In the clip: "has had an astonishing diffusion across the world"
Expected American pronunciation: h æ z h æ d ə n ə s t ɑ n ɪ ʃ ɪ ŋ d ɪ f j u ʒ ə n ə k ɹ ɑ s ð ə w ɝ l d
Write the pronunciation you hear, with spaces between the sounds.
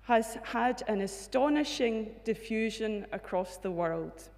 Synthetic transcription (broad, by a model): h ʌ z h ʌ d ə n ə s t ɑ n ɪ ʃ ɪ ŋ d ɪ f j u ʒ ə n ə k ɹ ɑ s ð ə w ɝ l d